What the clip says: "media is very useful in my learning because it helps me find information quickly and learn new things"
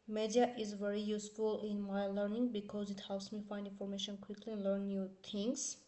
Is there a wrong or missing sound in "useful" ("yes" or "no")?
no